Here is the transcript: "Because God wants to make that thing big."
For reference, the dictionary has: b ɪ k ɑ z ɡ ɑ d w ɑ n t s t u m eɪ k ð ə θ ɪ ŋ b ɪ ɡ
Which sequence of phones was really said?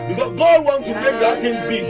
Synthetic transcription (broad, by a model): b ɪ k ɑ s ɡ ɑ d w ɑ n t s t u m eɪ k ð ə t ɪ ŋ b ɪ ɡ